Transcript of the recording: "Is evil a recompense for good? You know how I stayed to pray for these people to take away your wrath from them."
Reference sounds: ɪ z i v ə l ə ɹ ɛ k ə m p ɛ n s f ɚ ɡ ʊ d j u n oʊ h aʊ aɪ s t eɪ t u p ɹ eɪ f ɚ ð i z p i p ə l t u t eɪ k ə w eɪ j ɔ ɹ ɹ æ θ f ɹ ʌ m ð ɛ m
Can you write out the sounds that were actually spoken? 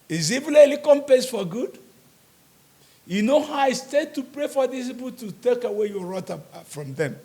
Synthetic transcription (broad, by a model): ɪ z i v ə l ə l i k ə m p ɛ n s f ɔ ɡ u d j u n oʊ h aʊ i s t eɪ t u p ɹ eɪ f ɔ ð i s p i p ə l t u t eɪ k ə w eɪ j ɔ ɹ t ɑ f ɹ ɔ m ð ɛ m